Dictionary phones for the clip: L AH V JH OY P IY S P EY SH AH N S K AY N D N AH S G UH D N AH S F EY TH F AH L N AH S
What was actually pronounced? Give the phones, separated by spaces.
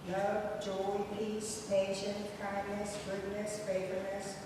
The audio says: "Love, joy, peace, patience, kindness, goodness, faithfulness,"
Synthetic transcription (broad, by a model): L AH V JH OY P IY S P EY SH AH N K AY N D N AH S G UH D N AH S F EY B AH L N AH S